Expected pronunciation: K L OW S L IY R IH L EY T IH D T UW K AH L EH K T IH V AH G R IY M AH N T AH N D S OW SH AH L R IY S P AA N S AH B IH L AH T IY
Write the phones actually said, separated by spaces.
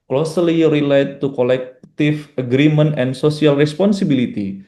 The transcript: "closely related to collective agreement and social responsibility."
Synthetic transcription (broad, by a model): K L OW S L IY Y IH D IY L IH T UW K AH L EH K T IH F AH G R IY M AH N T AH N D S OW S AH L R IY S P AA N S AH B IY L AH T IY